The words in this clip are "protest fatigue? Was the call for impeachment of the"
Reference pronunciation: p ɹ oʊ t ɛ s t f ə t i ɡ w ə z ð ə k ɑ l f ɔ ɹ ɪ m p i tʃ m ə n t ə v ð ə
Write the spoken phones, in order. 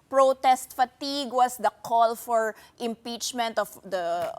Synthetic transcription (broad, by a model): p ɹ oʊ t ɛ s t f ə t i ɡ w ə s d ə k ɑ l f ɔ ɹ ɪ m p i tʃ m ə n t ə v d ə